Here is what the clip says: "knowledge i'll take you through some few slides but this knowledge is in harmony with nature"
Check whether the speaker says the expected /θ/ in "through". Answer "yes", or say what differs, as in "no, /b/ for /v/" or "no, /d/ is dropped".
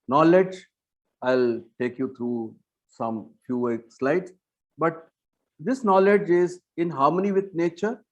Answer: no, /t/ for /θ/